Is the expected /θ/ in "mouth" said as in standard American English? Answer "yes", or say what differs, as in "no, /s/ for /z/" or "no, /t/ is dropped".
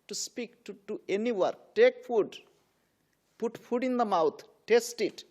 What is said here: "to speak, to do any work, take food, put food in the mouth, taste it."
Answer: no, /t/ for /θ/